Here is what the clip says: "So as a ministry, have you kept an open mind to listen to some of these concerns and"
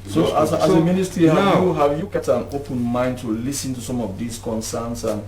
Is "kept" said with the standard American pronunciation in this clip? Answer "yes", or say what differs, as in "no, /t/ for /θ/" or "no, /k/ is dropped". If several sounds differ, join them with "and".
no, /p/ is dropped